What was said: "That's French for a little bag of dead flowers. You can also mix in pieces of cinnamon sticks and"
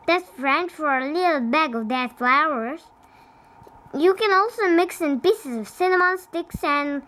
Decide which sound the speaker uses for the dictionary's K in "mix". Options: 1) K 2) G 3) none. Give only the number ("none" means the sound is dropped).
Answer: 1